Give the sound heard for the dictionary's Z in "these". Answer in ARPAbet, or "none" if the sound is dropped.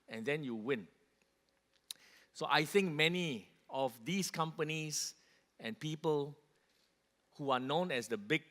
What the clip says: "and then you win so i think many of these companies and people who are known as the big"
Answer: S